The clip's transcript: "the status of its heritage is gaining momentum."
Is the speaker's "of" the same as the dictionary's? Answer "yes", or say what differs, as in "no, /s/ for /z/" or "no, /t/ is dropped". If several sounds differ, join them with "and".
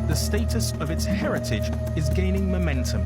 yes